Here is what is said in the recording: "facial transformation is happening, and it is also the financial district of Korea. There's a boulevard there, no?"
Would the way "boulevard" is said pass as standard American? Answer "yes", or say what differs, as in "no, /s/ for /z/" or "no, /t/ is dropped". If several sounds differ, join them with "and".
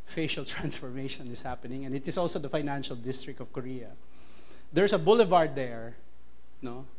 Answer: yes